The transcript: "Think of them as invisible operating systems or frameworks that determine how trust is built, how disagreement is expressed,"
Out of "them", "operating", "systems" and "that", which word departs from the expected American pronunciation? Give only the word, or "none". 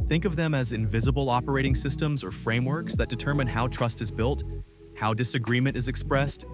none